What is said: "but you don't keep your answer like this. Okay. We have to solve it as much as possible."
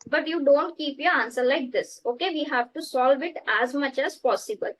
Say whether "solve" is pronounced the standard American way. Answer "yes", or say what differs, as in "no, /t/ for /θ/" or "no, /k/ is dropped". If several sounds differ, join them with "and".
yes